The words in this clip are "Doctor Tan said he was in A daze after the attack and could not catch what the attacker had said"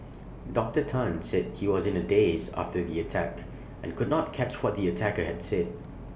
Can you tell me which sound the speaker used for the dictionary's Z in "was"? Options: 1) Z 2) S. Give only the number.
1